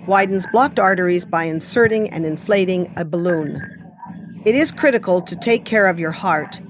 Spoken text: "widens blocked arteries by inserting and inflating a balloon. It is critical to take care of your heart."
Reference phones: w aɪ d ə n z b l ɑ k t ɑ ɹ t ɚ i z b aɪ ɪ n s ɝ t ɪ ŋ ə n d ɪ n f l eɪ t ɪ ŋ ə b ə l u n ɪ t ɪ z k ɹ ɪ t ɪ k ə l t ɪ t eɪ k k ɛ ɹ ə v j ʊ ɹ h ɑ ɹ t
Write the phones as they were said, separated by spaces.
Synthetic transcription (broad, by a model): w aɪ d n z b l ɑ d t ɑ ɹ t ɚ i z b aɪ ɪ n s ɝ t ɪ ŋ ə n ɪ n f l eɪ t ɪ ŋ ə b ə l u n ɪ t ɪ z k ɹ ɪ t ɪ k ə l t ɪ t eɪ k k ɛ ɹ ə v j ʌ ɹ h ɑ ɹ t